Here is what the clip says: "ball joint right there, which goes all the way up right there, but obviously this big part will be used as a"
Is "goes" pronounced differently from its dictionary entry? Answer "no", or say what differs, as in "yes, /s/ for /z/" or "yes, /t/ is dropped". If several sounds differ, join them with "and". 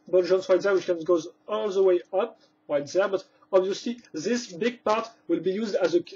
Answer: no